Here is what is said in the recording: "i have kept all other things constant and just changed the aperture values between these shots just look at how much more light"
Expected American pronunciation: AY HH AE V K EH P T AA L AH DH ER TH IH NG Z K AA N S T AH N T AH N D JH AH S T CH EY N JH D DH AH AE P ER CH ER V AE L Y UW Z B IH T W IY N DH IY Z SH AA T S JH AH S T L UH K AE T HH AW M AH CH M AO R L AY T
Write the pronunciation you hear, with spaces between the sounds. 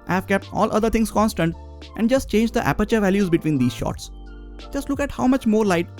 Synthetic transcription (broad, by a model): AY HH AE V K EH P T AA L AH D ER T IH NG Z K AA N S T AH N T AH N D JH AH S T CH EY N JH D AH AE P ER CH ER V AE L Y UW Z B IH T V IY N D IY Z SH AA T S JH AH S T L UH K AE T HH AW M AH CH M AO R L AY T